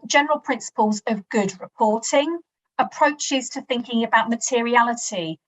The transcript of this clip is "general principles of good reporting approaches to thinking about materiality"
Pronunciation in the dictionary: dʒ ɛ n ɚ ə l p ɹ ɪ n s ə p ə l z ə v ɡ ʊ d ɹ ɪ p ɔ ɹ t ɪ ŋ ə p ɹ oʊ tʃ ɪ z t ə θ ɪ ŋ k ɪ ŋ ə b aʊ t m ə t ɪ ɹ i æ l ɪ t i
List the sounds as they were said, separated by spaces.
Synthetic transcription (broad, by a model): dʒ ɛ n ɚ ə l p ɹ ɪ n s ə p ə l z ə v ɡ ʊ d ɹ ɪ p ɔ t ɪ ŋ ə p ɹ oʊ tʃ ɪ z t ə θ ɪ ŋ k ɪ ŋ ə b aʊ t m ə t ɪ ɹ i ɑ l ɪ t i